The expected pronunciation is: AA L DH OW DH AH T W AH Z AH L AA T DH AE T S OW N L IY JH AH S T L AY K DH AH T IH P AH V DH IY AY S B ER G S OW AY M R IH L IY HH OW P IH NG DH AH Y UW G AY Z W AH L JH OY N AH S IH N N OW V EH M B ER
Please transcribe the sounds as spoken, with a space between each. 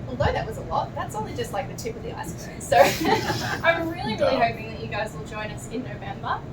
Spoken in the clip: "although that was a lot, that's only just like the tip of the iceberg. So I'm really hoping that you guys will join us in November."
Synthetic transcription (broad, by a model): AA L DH OW DH AH T W AH Z AH L AA T DH AE T S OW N L IY JH AH S T L AY K DH AH T IH P AH V DH IY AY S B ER S OW AY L R IH L IY HH OW P IH NG DH AH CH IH G AY Z W AH L JH OY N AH S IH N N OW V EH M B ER